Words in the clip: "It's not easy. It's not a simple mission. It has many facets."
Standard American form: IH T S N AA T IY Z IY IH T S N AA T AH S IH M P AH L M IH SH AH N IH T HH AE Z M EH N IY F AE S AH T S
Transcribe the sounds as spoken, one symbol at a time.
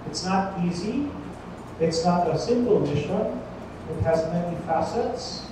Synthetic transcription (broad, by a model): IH T S N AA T IY Z IY IH T S N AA T AH S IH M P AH L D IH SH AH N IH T HH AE Z M EH N IY F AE S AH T S